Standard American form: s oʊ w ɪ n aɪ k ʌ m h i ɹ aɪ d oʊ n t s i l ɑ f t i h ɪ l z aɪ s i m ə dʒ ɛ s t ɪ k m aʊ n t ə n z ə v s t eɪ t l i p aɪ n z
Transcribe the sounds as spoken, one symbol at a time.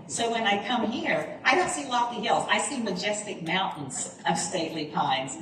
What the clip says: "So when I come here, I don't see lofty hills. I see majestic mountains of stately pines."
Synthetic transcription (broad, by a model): s oʊ w ɪ n aɪ k ʌ m h i ɹ aɪ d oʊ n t s i l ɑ t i h ɪ l z aɪ s i m ə dʒ ɛ s t ɪ k m aʊ n t n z ə v s t eɪ t l i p aɪ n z